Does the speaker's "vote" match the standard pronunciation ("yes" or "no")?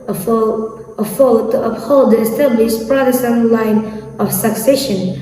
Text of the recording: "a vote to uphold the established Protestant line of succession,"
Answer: no